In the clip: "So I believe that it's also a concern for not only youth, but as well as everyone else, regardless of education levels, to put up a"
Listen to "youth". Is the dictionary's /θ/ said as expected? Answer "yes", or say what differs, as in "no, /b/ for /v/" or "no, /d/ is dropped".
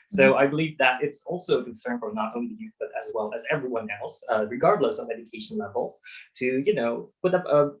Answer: yes